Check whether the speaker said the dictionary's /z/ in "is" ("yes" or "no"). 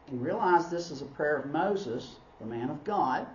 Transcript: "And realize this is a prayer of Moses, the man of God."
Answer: yes